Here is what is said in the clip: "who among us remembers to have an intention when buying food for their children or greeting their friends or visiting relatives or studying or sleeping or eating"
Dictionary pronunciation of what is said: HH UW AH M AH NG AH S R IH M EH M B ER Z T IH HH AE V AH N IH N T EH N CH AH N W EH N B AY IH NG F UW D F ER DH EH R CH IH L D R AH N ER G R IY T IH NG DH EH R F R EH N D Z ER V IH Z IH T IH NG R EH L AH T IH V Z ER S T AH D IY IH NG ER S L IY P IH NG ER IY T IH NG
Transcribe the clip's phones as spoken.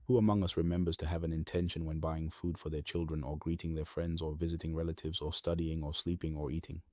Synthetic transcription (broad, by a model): HH UW AH M AH NG AH S R IH M EH M B ER Z T IH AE V AH N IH N T EH N SH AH N W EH N B AY IH NG F UW D F ER DH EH R CH IH L D R AH N ER G R IY T IH NG DH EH R F R EH N D Z ER V IH Z IH T IH NG R EH L AH T IH V Z ER S T AH D IY IH NG ER S L IY P IH NG ER IY T IH NG